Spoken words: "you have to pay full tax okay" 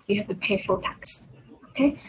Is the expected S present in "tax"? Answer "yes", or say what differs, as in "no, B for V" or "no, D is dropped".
yes